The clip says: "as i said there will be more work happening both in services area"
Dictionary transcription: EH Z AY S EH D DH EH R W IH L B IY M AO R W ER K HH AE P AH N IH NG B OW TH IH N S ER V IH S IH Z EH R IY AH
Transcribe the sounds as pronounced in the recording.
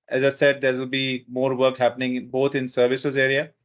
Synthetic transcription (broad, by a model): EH Z AY S EH D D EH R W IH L B IY M AO R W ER K HH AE P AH N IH NG B OW T IH N S ER V IH S IH Z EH R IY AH